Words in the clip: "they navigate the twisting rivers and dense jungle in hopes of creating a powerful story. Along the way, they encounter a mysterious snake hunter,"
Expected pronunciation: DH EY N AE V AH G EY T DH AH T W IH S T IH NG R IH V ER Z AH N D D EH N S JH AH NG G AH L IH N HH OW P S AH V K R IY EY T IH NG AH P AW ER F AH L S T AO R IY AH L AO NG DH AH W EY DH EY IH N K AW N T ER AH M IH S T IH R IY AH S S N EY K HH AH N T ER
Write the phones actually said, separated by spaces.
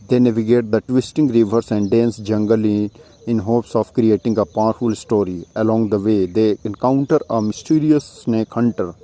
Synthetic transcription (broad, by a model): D EY N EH V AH G EY T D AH T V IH S T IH NG R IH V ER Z AH N D D EH N S JH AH NG G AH L IH N HH OW P S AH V K R IY EY T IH NG AH P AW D F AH L S T AO R IY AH L AO NG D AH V EY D EY IH N K AW N T ER AH M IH S T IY R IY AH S S N EY K HH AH N T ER